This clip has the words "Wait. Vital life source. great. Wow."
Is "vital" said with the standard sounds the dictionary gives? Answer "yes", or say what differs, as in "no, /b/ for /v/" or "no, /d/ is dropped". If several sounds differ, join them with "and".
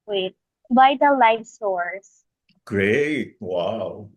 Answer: no, /b/ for /v/